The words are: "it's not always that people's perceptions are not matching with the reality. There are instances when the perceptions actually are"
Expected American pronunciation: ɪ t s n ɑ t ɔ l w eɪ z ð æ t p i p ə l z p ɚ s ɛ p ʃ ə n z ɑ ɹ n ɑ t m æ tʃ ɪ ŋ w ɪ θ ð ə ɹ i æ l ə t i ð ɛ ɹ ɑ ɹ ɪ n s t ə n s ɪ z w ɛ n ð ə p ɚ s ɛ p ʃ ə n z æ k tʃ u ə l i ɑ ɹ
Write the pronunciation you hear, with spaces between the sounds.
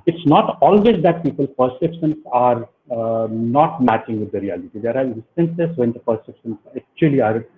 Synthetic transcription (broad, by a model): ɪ t s n ɑ t ɔ l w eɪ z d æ t p i p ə l p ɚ s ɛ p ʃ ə n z ɑ ɹ n ɑ t m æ tʃ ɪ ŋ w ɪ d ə ɹ i æ l ə t i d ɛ ɹ ɑ ɹ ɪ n s t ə n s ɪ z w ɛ n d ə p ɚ s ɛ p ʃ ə n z æ k tʃ u ə l i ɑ ɹ